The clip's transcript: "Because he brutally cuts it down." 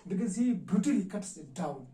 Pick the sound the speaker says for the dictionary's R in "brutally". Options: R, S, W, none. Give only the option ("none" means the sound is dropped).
none